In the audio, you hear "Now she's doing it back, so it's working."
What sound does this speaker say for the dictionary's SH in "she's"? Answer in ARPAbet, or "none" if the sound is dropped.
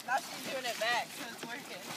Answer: S